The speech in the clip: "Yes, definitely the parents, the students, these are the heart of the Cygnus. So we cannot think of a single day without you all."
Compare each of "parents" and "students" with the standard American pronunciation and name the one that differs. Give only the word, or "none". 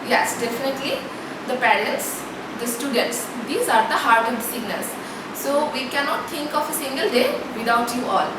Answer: parents